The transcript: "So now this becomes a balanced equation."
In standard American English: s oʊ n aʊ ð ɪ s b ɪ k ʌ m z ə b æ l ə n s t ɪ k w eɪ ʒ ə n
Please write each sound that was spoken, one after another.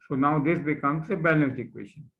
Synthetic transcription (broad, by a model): s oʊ n aʊ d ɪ s b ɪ k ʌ m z ə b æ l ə s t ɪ k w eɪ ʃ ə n